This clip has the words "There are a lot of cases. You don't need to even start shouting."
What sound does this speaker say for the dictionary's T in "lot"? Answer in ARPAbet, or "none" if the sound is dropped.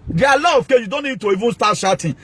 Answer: none